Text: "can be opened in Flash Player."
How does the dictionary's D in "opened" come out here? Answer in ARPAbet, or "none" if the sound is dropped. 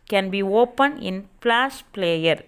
none